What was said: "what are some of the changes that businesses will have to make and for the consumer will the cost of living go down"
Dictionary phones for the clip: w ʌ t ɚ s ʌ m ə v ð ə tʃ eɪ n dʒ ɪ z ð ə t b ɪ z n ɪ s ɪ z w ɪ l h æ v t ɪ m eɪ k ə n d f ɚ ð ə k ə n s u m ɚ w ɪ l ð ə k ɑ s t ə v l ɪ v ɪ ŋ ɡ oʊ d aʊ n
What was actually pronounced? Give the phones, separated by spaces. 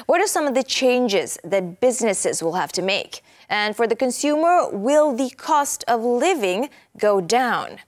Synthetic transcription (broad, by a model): w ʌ t ɚ s ʌ m ə v ð ə tʃ eɪ n dʒ ɪ z ð ə t b ɪ z n ɪ s ɪ z w ɪ l h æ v t ɪ m eɪ k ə n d f ɚ ð ə k ə n s u m ɚ w ɪ l ð ə k ɑ s t ə v l ɪ v ɪ ŋ ɡ oʊ d aʊ n